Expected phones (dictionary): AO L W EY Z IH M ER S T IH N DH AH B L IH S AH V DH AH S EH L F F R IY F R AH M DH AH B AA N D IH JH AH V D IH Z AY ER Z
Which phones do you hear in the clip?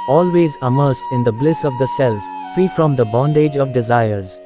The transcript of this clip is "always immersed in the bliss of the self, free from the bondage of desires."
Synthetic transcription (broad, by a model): AO L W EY Z IH M ER S T IH N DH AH B L IH S AH V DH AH S EH L F F R IY F R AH M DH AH B AA N D IH JH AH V D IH Z AY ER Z